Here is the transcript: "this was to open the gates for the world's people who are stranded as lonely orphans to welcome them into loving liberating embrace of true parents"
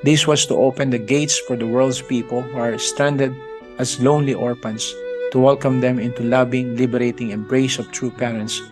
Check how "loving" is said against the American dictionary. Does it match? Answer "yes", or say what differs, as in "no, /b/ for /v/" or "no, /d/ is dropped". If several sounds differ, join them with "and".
no, /b/ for /v/